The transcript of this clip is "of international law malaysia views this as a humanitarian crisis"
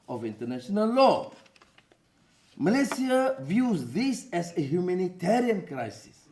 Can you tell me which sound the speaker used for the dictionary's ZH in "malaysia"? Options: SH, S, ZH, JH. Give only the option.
S